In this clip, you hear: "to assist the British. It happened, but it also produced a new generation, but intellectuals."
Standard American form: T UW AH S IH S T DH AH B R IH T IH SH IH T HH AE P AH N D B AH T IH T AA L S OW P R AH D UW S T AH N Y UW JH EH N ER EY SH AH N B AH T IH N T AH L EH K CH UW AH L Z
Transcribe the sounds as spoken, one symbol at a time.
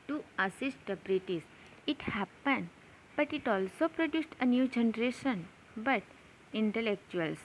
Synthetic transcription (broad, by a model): T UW AH S IH S T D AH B R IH T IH S IH T HH AE P AH N D B AH T IH T AA L S OW P R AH D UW S T AH N Y UW JH EH N ER EY SH AH N B AH T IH N T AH L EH K CH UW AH L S